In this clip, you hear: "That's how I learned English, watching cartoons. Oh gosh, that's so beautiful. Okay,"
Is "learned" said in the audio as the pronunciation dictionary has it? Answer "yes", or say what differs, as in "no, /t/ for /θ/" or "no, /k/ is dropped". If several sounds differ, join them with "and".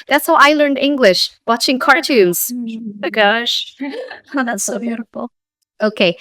yes